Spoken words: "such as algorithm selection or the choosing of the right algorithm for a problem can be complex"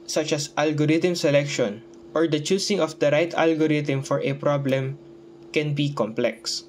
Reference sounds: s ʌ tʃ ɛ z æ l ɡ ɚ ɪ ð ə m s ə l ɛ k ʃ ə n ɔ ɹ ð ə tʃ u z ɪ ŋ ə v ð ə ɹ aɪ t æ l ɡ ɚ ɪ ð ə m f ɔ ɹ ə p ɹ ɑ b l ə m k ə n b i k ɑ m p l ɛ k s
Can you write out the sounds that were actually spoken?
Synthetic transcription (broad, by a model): s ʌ tʃ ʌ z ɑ l ɡ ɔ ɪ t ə m s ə l ɛ k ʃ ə n ɔ ɹ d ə tʃ u s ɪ ŋ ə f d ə ɹ aɪ t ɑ l ɡ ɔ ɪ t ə m f ɔ ɹ ə p ɹ ɑ b l ə m k ə n b i k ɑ m p l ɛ k s